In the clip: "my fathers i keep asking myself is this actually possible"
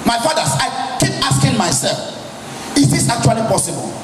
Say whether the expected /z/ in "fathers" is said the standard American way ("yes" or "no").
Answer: no